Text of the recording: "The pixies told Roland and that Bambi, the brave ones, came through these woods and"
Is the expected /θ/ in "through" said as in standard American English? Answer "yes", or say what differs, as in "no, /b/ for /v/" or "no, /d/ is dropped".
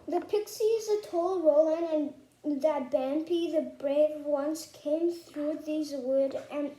yes